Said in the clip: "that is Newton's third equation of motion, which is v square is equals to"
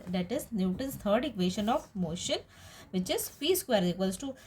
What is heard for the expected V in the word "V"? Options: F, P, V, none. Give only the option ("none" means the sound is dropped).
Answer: F